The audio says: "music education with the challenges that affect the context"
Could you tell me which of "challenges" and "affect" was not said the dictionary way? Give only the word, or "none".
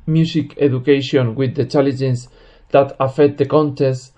challenges